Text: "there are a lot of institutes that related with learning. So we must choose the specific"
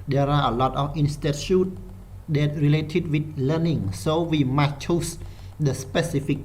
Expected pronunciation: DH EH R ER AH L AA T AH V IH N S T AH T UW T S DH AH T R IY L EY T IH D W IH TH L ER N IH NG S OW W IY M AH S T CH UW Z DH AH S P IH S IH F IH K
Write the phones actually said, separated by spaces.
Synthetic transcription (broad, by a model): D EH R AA AH L AA T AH F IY N S T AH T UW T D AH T R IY L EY T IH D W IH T L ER N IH NG S OW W IY M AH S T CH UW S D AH S P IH S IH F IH K